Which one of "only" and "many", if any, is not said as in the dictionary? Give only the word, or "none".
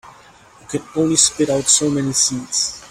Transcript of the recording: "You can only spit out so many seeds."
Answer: only